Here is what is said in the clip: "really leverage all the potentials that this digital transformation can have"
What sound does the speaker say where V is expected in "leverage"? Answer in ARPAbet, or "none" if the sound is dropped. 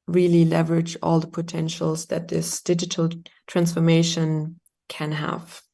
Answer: V